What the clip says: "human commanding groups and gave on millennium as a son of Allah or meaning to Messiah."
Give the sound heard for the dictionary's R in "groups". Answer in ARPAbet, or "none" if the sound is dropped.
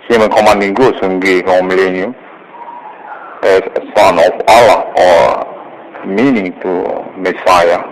none